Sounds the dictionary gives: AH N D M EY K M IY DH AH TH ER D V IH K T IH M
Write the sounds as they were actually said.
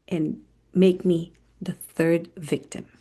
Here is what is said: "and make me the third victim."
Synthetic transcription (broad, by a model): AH N M EY K M IY DH AH TH ER D V IH K T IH M